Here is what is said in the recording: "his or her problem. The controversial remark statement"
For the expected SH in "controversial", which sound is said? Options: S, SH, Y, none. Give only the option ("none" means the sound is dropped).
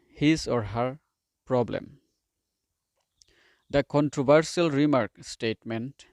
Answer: S